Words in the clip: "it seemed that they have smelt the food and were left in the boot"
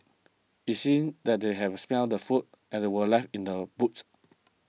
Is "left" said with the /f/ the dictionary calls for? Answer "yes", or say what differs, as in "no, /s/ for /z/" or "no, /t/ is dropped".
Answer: yes